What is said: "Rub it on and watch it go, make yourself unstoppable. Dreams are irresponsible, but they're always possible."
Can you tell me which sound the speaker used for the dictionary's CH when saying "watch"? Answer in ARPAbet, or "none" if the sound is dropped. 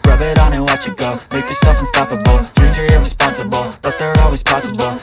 CH